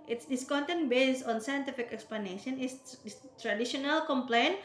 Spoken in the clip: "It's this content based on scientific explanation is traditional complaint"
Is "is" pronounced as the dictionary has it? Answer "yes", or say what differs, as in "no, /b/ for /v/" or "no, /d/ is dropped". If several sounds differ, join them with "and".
no, /s/ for /z/